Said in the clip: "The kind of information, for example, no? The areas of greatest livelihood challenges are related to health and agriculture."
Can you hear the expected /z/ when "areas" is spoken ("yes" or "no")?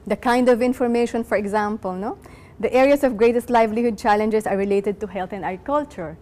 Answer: no